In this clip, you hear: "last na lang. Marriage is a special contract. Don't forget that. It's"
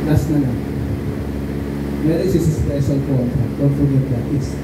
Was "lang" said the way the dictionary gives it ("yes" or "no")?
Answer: no